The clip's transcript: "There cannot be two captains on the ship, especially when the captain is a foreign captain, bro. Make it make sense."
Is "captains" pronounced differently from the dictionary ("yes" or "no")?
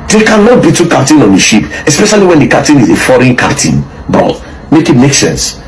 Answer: yes